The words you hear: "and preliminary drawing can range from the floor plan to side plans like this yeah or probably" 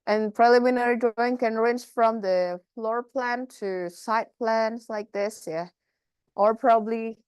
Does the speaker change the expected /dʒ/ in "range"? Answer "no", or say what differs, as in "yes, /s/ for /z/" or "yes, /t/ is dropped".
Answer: yes, /tʃ/ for /dʒ/